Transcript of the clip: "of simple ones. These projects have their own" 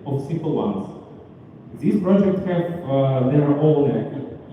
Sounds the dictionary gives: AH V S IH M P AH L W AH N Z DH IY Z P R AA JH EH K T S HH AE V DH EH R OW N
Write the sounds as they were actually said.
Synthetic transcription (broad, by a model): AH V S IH P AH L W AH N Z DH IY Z P R AA JH EH K T S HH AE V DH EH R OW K